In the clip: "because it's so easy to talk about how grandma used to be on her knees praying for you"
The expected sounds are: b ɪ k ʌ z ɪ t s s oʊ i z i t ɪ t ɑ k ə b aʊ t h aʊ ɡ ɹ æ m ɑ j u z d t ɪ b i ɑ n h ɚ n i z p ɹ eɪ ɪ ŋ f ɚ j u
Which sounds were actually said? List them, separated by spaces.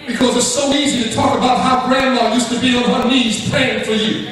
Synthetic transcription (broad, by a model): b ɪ k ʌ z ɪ t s s oʊ i z i t ɪ t ɑ k ə b aʊ t h aʊ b ɹ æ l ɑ j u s t ɪ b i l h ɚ n i z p l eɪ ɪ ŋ f ɚ j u